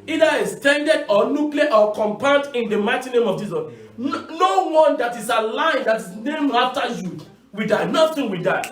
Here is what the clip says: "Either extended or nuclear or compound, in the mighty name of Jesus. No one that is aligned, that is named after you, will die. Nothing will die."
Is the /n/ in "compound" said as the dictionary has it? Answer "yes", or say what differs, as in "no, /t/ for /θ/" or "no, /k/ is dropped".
no, /n/ is dropped